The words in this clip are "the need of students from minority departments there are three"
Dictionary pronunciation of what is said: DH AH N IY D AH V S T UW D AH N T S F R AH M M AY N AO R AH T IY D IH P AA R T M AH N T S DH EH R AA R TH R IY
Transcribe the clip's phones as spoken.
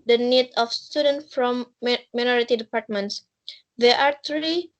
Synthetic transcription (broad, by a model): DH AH N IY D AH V S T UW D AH N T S F R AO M M AY N AO R AH T IY D IH P AA R T M AH N T S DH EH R AA R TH R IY